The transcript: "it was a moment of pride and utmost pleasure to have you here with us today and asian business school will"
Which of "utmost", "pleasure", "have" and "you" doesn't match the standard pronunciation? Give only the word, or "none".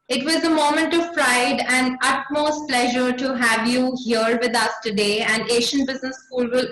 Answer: none